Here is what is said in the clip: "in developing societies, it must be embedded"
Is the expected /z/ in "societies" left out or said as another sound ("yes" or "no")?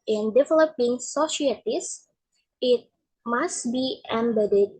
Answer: yes